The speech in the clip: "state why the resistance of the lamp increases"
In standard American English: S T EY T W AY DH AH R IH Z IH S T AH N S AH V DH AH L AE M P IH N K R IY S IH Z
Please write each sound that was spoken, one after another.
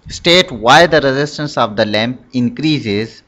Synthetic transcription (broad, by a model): S T EY T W AY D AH R IH Z IH S T AH N S AH V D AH L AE M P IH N K R IY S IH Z